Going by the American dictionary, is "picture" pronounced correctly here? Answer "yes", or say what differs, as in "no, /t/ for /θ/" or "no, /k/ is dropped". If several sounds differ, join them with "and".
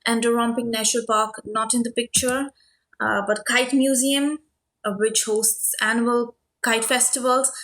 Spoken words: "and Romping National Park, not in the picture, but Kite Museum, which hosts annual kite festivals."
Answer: yes